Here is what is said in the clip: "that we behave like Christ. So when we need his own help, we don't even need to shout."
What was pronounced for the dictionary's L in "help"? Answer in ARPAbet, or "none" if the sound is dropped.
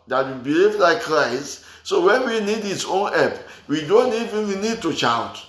none